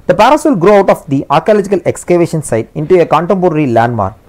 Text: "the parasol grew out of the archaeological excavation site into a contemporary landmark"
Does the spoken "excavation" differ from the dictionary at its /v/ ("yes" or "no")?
no